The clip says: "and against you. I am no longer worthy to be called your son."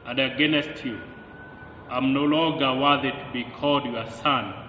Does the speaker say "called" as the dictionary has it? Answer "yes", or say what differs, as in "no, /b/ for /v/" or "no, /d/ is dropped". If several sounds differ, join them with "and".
no, /l/ is dropped